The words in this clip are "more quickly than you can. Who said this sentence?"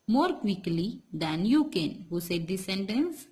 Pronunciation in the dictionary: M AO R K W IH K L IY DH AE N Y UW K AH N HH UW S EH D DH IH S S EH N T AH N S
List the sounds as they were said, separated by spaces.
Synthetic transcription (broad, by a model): M AO R K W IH K L IY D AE N Y UW K AH N HH UW S EH D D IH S S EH N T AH N S